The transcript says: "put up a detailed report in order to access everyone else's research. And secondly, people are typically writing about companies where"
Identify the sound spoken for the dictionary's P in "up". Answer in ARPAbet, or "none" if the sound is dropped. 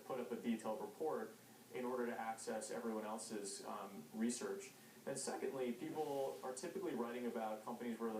P